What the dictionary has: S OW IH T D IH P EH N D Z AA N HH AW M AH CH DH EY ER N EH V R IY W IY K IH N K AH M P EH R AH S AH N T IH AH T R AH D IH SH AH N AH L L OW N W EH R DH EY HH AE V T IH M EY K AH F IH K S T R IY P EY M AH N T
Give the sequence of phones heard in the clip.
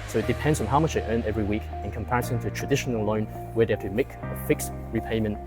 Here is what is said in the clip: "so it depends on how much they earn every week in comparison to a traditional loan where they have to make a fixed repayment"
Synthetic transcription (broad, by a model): S OW IH T D IH P EH N D Z N HH AW M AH CH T ER N EH V R IY W IY K IH N K AH M P EH R AH S AH N T IH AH T R AH D IH SH AH N AH L L OW N W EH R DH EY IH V T IH M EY K AH F IH K S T R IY P EY M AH N T